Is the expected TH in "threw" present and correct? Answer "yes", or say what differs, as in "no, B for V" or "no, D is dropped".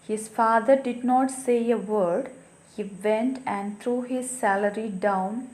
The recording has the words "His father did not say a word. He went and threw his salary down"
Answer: no, T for TH